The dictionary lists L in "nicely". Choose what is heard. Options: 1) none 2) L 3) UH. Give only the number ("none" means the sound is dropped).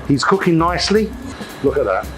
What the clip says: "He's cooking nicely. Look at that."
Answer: 2